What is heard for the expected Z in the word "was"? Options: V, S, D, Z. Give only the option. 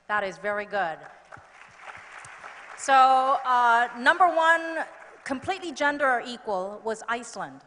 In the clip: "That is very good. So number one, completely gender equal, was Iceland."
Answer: Z